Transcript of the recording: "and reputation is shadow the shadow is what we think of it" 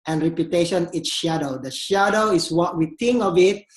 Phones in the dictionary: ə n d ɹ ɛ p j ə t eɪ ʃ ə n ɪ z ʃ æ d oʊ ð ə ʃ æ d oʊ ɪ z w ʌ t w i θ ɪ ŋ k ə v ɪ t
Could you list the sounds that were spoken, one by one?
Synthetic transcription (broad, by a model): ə n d ɹ ɛ p j ə t eɪ ʃ ə n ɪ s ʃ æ d oʊ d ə ʃ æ d oʊ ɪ s w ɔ t w i t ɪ ŋ k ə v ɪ t